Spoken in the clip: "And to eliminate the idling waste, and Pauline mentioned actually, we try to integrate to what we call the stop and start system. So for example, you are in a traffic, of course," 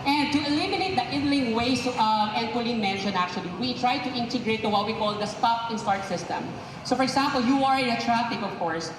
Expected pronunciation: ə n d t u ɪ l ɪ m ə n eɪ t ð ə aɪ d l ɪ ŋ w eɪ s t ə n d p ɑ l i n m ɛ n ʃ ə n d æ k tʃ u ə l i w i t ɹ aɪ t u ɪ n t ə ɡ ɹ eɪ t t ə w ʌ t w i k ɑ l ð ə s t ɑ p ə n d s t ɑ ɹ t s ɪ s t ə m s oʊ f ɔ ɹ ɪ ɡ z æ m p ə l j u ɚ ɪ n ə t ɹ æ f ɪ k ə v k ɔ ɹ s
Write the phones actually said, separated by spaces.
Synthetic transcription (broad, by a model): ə n d t u ɪ l ɪ m ə n eɪ t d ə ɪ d l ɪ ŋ w eɪ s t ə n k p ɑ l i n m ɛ n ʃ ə n æ k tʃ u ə l i w i t ɹ aɪ t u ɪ n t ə ɡ ɹ eɪ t t ə w ʌ t w i k ɑ l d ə s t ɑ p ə n s t ɑ ɹ t s ɪ s t ə m s oʊ f ɔ ɹ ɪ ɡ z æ m p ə l j u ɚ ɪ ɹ ə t ɹ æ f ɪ k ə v k ɔ ɹ s